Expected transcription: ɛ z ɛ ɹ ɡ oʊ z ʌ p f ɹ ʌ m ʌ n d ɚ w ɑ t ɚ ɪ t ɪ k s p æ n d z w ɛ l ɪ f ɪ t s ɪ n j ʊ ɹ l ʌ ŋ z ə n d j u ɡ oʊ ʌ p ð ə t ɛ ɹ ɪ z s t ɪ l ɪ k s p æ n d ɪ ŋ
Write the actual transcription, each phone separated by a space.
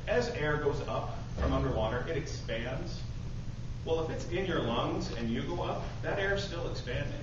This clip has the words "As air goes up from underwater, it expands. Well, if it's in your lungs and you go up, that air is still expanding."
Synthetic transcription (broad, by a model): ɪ z ɛ ɹ ɡ oʊ z ʌ p f ɹ ʌ m ʌ n d ɚ w ɑ t ɚ ɪ t ɪ k s p æ n d z w ɛ l ɪ f ɪ t s ɪ n j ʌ ɹ l ʌ ŋ z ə n j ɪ ɡ oʊ ʌ p ð ə t ɛ ɹ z s t ɪ l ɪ k s p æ n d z